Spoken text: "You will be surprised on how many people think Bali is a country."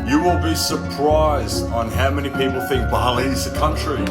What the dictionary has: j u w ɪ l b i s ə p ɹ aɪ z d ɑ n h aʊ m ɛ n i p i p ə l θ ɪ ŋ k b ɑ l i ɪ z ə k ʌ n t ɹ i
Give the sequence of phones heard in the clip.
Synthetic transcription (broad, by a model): j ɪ w ɪ l b i s ə p ɹ aɪ z d n h aʊ m ɛ n i p i p ə l θ ɪ ŋ k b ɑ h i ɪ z ə k ʌ n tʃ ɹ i